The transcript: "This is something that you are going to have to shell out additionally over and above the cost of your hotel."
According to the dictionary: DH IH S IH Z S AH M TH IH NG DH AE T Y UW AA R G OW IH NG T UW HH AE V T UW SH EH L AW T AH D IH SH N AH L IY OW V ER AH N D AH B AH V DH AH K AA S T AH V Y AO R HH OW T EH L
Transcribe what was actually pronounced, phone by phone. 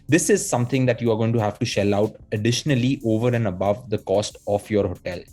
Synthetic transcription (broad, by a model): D IH S IH Z S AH M T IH NG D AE T Y UW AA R G OW IH NG T UW HH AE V T UW SH EH L AW T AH D IH SH N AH L IY OW V ER AH N D AH B AH V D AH K AA S T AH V Y AO R HH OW T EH L